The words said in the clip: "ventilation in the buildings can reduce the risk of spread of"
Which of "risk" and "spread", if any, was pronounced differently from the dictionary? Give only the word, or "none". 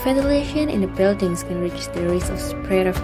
risk